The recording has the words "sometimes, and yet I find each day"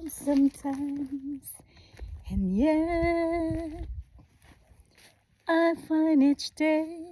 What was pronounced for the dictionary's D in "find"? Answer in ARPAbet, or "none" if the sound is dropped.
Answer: none